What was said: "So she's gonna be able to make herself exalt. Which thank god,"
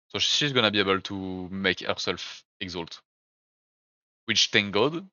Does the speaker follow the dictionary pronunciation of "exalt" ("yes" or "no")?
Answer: yes